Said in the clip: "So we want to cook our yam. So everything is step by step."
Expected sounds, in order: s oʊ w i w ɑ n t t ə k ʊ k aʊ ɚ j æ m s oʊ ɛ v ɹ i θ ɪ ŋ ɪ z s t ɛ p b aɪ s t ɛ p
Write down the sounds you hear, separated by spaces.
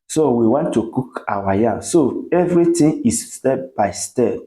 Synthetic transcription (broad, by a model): s oʊ w i w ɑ n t t ə k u k aʊ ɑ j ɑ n s oʊ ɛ v ɹ i t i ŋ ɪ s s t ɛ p b aɪ s t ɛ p